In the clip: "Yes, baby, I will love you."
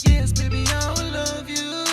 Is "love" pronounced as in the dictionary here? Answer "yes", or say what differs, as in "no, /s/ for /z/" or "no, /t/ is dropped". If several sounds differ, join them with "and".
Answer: yes